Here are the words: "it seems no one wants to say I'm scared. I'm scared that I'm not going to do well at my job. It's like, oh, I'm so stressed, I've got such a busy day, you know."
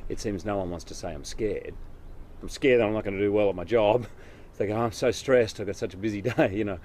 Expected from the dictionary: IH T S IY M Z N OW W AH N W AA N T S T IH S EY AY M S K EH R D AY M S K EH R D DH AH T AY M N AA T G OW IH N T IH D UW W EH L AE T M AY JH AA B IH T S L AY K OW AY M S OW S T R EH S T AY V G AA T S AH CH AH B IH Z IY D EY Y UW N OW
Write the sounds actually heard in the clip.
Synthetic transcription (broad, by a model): IH T S IY M Z N OW W AH N W AA N T S T IH S EY AY M S K EH R D AY M S K EH R D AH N AY M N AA T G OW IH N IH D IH W EH L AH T M AY JH AA B IH T S L AY K OW AY M S OW S T R EH S T AY V G AA T S AH CH AH B IH Z IY D EY Y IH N OW